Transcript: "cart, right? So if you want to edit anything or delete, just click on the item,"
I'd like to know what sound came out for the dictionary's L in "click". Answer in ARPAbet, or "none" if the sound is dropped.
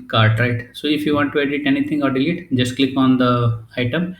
L